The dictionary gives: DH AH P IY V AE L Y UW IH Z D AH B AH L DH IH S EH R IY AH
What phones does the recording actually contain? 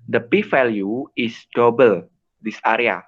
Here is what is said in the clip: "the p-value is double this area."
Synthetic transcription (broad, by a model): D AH P IY F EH L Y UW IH S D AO B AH L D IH S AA R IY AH